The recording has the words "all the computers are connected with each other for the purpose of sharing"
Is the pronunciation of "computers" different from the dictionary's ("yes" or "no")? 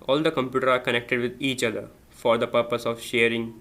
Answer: yes